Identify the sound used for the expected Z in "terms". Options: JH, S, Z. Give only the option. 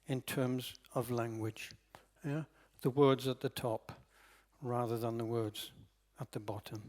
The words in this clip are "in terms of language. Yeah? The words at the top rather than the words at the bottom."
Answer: Z